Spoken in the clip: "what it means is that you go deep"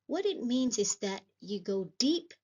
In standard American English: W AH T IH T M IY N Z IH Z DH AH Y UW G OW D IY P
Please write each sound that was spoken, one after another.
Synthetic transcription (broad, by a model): W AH T IH T M IY N Z IH Z DH AH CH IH G OW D IY P